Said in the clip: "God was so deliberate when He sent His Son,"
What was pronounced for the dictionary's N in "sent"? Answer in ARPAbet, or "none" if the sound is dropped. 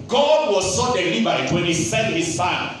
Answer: none